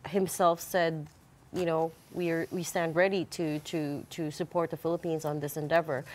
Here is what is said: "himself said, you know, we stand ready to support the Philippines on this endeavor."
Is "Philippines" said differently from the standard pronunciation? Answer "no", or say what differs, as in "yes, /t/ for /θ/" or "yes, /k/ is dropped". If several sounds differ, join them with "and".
no